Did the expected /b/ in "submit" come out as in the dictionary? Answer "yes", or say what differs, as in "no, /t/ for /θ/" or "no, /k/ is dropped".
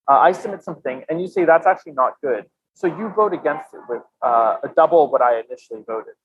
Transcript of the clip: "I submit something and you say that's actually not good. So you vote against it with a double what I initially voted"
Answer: no, /b/ is dropped